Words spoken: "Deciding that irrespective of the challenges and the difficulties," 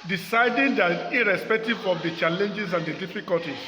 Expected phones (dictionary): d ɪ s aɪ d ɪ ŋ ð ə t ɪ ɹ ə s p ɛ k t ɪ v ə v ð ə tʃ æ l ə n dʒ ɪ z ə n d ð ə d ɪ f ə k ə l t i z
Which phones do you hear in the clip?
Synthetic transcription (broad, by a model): d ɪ s aɪ d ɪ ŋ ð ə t ɪ ɹ ə s p ɛ k t ɪ v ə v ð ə tʃ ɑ l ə n dʒ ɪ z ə n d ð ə d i f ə k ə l t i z